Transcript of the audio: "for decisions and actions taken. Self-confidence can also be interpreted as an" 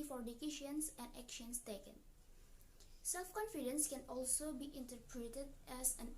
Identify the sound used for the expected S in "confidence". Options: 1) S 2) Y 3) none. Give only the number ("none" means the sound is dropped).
1